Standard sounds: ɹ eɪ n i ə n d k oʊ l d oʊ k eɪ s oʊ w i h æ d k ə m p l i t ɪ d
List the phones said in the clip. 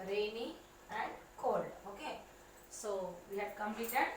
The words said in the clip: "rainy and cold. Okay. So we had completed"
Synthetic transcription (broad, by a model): ɹ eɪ n i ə n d k oʊ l oʊ k eɪ s oʊ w i h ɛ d k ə m p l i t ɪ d